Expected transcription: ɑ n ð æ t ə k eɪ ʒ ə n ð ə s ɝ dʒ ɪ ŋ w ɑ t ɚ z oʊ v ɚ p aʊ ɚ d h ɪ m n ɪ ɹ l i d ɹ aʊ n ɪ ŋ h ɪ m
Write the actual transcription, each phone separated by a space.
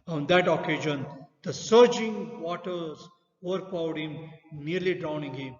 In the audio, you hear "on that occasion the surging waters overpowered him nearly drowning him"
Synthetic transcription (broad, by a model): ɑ n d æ t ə k eɪ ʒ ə n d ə s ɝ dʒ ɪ ŋ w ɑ t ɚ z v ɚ b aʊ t h ɪ m n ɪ ɹ l i d ɹ aʊ n ɪ ŋ h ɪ m